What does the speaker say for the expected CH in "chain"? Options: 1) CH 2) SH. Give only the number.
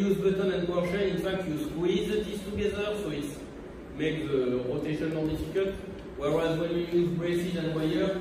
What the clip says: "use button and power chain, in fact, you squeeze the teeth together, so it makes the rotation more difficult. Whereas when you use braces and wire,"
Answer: 2